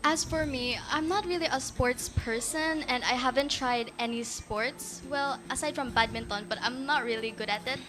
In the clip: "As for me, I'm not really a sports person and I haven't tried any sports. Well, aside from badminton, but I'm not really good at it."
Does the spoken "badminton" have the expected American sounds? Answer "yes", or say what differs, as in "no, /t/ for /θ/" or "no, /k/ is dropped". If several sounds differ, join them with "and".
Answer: yes